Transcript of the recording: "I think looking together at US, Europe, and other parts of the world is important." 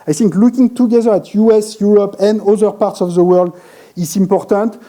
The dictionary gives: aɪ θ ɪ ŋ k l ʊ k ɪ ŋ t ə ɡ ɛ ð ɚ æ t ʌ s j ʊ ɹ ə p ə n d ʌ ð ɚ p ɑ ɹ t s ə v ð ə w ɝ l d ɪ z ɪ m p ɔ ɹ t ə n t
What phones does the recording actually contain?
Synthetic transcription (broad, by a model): aɪ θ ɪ ŋ k l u k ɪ ŋ t ə ɡ ɛ ð ɚ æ t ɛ s j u ɹ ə p ə n d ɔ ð ɚ p ɑ ɹ t s ə v ð ə w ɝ l d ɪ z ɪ m p ɔ ɹ t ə n t